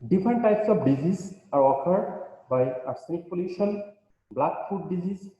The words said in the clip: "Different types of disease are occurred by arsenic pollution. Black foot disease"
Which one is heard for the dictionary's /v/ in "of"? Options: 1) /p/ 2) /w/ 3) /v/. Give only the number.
1